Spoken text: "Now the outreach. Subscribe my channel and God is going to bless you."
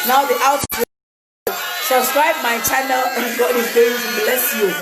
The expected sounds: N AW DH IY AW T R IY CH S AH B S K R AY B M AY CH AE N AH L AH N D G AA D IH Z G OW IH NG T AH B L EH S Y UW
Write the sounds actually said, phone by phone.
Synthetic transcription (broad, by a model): N AW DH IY AW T AO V S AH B S K R AY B M AY CH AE N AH L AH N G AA IH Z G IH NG S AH B L EH S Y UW